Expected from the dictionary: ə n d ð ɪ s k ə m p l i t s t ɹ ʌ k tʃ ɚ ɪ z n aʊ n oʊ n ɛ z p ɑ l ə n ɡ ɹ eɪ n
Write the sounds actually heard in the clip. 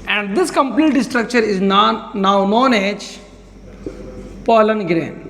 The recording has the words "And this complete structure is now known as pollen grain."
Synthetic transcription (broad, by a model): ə n d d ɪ s k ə m p l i t s t ɹ ʌ k tʃ ɚ ɪ z n aʊ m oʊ n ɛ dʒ p ɑ l ə n ɡ ɹ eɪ n